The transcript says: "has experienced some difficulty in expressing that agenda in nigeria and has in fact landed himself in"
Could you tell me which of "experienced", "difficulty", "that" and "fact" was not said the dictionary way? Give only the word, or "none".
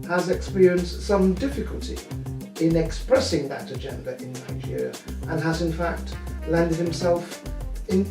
none